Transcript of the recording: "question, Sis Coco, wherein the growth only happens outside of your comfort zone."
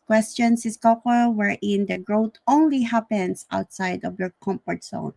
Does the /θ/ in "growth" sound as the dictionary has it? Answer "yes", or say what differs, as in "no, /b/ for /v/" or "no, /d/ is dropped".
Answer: no, /t/ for /θ/